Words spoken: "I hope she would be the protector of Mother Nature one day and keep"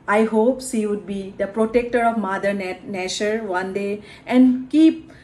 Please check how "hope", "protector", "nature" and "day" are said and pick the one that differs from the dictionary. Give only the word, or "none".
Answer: nature